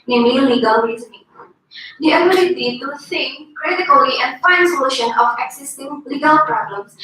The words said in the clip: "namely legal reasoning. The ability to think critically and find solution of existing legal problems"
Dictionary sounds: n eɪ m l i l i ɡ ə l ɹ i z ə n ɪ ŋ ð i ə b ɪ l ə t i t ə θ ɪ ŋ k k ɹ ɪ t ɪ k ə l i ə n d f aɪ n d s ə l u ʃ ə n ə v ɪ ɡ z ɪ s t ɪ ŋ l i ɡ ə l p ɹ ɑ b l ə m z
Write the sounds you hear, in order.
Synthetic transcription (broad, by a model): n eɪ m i l i ɡ ə l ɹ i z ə l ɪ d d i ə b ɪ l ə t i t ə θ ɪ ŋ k k ɹ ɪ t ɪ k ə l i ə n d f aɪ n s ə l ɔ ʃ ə n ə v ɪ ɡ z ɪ s t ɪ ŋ l i ɡ ə l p ɹ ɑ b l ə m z